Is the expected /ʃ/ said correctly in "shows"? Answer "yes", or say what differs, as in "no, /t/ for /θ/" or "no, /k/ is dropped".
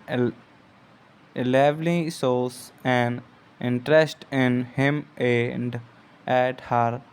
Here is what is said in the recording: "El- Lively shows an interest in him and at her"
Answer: no, /s/ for /ʃ/